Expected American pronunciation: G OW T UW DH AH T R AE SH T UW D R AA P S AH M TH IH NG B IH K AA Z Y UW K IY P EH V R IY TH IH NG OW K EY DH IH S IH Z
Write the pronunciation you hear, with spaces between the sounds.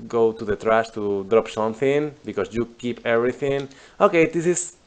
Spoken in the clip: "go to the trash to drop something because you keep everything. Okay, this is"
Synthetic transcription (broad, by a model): G OW T UW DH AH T R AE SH T UW D R AA P S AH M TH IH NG B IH K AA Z Y UW K IY P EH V R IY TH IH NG OW K EY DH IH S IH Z